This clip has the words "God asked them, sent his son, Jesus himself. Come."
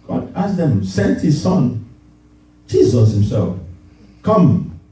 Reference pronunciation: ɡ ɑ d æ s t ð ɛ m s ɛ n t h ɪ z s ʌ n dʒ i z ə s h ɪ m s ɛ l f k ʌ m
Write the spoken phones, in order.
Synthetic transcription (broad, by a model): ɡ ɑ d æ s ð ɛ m s ɛ n t h ɪ z s ʌ n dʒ i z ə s h ɪ m s ɛ l f k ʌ m